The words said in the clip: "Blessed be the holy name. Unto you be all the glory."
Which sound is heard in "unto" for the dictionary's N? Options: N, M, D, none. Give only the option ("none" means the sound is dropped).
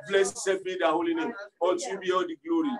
none